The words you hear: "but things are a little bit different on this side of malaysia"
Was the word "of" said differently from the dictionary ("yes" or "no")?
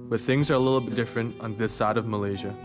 no